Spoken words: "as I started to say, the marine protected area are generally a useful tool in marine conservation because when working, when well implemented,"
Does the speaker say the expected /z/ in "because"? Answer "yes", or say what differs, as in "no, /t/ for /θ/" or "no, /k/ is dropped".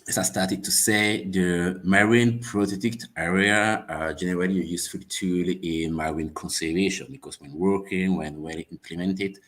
no, /s/ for /z/